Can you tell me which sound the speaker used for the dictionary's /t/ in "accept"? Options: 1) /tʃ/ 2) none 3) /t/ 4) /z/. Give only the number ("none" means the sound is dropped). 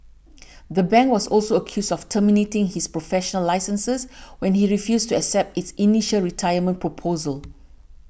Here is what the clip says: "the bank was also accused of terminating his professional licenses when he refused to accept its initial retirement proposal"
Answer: 3